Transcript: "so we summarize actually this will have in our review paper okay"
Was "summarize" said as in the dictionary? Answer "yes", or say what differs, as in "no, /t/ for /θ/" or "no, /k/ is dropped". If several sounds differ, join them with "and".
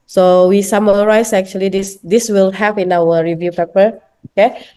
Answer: no, /s/ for /z/